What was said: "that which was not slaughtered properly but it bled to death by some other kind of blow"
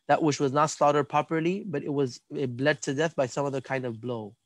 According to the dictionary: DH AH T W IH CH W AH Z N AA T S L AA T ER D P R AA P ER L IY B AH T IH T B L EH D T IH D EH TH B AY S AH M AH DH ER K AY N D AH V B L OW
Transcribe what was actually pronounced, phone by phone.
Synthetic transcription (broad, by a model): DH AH T W IH CH W AH Z N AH T S L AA T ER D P AA P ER L IY B AH T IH T B L EH D T IH D EH TH B AY S AH M AH DH ER K AY N D AH V B L OW